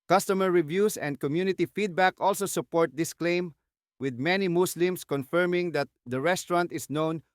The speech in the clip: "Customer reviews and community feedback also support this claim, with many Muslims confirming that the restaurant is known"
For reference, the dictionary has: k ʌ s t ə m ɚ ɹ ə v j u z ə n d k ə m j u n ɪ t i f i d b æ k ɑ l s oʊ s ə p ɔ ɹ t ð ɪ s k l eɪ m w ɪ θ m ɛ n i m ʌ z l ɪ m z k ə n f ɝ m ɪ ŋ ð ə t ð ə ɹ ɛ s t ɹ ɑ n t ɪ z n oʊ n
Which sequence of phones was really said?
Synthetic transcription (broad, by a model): k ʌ s t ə m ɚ ɹ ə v j u s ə n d k ə m j u n ɪ t i f i d b æ k ɑ l s oʊ s ə p ɔ ɹ t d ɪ s k l eɪ m w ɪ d m ɛ n i m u s l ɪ m s k ə n f ɝ m ɪ ŋ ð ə t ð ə ɹ ɛ s t ɹ ɑ n t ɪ s n oʊ n